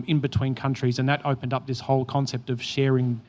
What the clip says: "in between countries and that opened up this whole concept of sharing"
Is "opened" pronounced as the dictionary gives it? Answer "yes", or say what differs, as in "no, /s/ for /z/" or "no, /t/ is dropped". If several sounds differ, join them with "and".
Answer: yes